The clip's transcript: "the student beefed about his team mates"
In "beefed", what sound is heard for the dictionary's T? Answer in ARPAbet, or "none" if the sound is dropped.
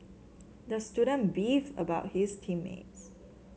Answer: none